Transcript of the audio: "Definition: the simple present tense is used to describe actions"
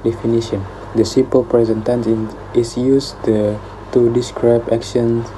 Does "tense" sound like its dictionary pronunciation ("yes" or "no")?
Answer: no